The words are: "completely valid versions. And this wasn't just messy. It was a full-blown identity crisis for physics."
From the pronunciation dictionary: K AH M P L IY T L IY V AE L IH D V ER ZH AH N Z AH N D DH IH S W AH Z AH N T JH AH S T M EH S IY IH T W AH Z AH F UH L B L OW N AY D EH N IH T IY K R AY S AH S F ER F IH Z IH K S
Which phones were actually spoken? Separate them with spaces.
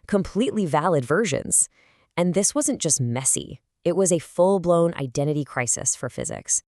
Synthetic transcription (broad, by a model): K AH M P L IY T L IY V AE L IH D V ER ZH AH N Z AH N DH IH S W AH Z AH N JH AH S T M EH S IY IH T W AH Z AH F UH L B L OW N AY D EH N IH T IY K R AY S AH S F ER F IH Z IH K S